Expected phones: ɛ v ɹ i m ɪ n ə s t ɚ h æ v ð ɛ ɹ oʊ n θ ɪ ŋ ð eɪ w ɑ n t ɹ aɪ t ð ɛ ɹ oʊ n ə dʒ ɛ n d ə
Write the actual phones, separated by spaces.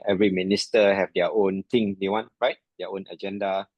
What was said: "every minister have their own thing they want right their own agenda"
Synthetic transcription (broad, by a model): ɛ v ɹ i m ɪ n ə s t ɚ h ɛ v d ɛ oʊ n t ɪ ŋ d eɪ w ɑ n t ɹ aɪ t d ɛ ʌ oʊ n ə dʒ ɛ n d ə